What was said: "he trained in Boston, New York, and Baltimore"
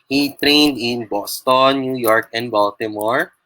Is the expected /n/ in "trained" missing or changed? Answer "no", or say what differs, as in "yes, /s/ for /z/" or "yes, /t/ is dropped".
no